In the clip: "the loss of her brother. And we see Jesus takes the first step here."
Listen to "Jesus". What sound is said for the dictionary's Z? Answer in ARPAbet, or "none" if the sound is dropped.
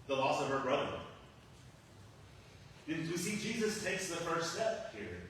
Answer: Z